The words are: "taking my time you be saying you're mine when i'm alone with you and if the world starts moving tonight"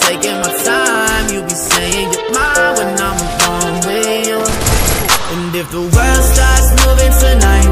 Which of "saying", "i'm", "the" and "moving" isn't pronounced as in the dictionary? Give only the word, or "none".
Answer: none